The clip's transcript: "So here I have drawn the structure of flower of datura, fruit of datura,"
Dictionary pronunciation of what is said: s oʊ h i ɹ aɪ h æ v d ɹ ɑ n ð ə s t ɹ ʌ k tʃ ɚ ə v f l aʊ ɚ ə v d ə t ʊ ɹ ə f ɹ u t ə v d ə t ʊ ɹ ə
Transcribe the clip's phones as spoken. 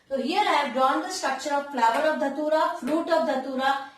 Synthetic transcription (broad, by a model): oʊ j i l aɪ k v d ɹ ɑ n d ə s t ɹ ʌ k tʃ ɚ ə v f l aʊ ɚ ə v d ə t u ɹ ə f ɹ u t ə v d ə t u ɹ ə